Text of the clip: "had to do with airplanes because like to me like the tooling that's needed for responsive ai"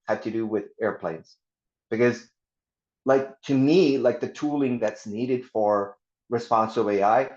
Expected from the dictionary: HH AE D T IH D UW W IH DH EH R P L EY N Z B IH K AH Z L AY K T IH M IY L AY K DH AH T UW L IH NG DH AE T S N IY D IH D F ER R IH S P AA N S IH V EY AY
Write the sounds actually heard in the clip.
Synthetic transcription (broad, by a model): HH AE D T IH D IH W IH DH EH R P L EY N Z B IH K AH Z L AY K T IH M IY L AY K DH AH T UW L IH NG DH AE T S N IY D IH D F ER R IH S P AA N S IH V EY AY